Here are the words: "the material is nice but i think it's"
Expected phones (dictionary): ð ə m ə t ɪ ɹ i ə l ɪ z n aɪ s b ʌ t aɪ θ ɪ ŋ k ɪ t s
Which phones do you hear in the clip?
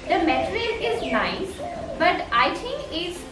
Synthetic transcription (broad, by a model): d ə m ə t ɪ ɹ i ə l ɪ z n aɪ s b ʌ t aɪ t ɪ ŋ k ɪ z